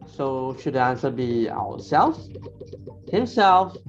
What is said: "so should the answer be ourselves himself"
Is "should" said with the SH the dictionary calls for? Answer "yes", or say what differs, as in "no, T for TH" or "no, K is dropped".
yes